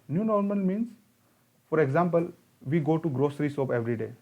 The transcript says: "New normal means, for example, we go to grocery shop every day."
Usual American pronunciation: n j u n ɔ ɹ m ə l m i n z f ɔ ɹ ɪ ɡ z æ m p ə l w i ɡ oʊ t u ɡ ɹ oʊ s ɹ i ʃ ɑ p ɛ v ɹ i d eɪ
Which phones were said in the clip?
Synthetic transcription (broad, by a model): n j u n ɔ ɹ m ə l m i n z f ɔ ɹ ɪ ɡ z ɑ m p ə l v i ɡ oʊ t u ɡ ɹ oʊ s ɹ i s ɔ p ɛ v ɹ i d eɪ